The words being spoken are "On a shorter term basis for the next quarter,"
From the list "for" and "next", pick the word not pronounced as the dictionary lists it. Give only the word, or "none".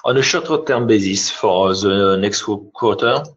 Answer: none